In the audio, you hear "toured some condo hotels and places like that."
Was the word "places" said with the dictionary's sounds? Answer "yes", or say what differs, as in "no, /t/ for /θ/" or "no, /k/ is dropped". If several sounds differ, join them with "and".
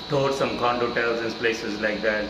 yes